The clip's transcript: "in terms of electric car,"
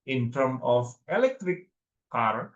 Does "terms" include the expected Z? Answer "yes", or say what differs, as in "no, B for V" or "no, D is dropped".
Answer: no, Z is dropped